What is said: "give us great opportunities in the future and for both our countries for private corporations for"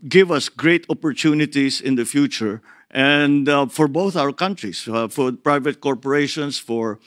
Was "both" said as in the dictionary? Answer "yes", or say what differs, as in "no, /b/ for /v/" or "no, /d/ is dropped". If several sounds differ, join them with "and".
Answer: yes